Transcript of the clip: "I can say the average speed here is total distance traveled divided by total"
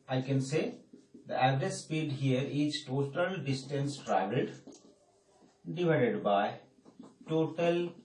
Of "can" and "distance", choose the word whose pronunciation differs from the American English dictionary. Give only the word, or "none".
none